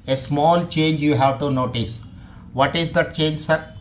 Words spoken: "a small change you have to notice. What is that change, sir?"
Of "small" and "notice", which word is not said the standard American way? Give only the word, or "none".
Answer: none